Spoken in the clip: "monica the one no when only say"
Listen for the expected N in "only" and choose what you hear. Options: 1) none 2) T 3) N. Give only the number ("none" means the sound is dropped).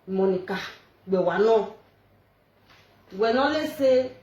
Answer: 1